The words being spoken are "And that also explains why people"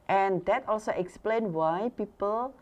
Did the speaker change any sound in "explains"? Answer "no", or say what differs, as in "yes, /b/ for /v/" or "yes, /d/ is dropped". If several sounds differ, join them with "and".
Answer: yes, /z/ is dropped